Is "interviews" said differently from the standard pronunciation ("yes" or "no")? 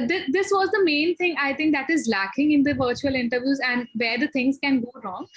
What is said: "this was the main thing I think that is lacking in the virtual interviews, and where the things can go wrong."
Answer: no